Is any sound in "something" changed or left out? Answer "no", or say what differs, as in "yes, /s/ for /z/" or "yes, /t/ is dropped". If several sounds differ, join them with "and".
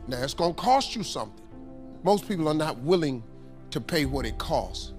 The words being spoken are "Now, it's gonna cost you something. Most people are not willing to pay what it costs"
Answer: no